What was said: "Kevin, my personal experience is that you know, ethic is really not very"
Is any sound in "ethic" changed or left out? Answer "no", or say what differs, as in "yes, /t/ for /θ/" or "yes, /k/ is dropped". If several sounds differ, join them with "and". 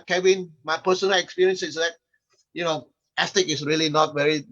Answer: yes, /s/ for /θ/